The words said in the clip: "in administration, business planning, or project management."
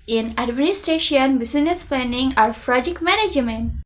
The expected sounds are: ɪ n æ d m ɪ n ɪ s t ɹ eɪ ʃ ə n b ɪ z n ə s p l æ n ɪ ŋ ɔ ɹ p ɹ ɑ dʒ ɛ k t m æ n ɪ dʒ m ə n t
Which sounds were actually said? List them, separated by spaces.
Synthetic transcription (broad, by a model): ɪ n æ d m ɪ n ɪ s t ɹ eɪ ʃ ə n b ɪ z n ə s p l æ n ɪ ŋ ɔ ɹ f ɹ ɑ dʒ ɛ k m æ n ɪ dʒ m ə n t